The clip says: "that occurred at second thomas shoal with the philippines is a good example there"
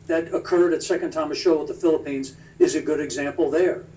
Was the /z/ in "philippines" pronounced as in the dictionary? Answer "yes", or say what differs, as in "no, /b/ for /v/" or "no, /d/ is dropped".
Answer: yes